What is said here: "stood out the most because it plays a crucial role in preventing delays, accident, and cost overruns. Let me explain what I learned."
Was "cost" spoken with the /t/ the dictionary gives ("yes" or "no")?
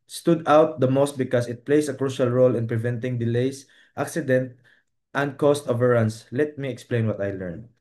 yes